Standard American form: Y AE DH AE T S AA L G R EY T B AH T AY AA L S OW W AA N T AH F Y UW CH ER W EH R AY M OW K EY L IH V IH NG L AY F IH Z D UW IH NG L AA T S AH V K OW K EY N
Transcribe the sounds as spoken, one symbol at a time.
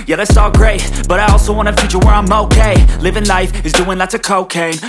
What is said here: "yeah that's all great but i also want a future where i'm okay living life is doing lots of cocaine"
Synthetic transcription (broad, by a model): Y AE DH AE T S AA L G R EY T B AH T AY AA L S OW W AA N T AH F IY CH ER W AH R AY M OW K EY L IH V IH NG L AY F IH Z D UW IH NG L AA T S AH K OW K EY